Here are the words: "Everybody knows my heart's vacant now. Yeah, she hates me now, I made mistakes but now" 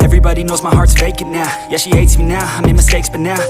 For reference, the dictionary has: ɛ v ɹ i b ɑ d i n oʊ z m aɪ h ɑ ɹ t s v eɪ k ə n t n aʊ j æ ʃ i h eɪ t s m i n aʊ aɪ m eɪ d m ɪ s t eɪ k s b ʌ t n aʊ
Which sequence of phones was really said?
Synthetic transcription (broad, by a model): ɛ v ɹ i b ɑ d i n oʊ z m aɪ h ɑ ɹ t v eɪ k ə t n aʊ j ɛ ʃ i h eɪ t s m i n aʊ aɪ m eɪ m ɪ s t eɪ k s b ʌ t n aʊ